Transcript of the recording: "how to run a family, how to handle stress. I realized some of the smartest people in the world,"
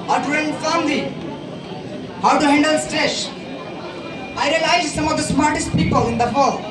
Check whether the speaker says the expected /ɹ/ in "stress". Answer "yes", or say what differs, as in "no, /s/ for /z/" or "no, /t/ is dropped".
no, /ɹ/ is dropped